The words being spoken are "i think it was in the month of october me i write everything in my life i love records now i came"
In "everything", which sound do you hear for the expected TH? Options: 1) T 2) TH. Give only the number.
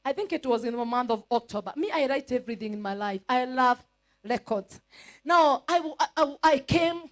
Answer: 2